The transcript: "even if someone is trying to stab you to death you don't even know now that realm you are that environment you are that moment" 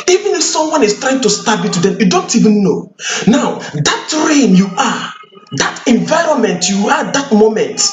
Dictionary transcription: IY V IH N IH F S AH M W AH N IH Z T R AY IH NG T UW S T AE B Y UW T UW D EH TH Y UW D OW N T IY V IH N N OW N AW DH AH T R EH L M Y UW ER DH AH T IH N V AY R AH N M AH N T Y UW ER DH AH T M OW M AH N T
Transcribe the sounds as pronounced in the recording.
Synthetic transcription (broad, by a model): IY V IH N IH F S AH M W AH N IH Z T R AY IH NG T UW S T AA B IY T UW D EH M Y UW D OW N T IY V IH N N OW N AW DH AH T R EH M Y UW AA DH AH T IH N V AY R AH N M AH N T Y UW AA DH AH T M OW M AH N T